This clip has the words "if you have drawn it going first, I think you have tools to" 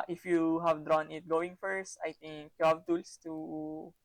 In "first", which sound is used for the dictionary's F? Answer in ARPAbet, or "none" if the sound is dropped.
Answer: F